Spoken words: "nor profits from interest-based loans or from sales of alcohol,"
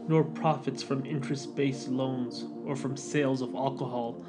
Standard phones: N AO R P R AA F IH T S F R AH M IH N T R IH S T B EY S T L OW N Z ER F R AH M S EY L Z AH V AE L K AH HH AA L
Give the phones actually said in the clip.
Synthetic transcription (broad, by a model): N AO R P R AA F IH T S F R AH M IH N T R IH S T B EY S L OW N Z ER F R AH M S EY L Z AH V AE L K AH HH AA L